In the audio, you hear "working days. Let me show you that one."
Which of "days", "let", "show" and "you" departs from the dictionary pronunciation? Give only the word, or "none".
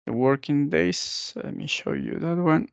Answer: days